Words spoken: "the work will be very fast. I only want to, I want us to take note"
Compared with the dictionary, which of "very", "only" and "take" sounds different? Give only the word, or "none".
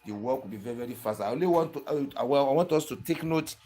only